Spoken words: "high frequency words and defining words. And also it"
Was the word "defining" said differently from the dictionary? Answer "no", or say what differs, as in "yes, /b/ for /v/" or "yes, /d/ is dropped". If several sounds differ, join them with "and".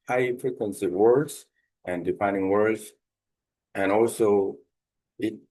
yes, /p/ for /f/